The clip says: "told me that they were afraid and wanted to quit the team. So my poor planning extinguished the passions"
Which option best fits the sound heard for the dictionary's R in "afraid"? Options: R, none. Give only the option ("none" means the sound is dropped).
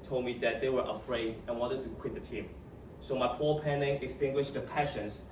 R